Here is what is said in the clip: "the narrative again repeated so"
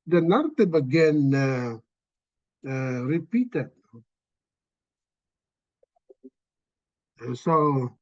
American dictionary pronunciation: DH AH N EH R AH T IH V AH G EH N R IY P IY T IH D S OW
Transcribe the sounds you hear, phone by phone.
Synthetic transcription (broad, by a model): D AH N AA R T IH B AH G EH N R IY P IY T IH D S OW